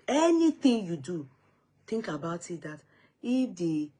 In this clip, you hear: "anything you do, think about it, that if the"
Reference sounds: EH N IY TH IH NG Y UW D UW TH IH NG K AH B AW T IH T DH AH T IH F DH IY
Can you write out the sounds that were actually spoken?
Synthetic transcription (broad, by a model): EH N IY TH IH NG Y UW D UW T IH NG K AH B AW T IH T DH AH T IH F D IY